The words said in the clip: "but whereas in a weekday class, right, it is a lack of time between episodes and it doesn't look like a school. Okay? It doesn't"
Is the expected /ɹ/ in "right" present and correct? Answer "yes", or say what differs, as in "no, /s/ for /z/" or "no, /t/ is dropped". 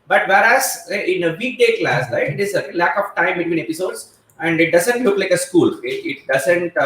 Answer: no, /l/ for /ɹ/